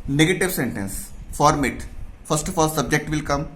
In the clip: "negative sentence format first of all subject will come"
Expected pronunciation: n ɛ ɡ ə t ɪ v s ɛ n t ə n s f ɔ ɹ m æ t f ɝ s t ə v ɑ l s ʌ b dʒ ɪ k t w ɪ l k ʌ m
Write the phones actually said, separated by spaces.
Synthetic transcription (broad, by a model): n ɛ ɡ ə t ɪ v s ɛ n t ə n s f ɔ ɹ m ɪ t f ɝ s t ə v ɑ l s ʌ b dʒ ɪ k t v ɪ l k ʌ m